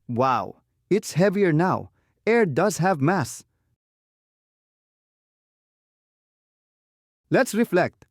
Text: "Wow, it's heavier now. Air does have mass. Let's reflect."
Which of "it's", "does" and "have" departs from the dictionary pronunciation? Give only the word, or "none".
none